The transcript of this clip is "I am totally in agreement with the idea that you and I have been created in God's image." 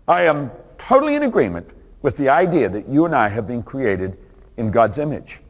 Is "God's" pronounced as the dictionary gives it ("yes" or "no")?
yes